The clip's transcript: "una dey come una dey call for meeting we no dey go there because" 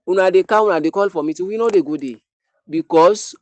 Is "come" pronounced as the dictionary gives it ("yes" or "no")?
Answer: no